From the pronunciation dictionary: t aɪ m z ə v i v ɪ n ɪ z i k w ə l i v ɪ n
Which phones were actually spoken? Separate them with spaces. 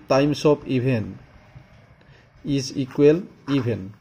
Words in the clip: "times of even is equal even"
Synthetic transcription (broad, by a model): t aɪ m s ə p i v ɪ n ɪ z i k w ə l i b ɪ n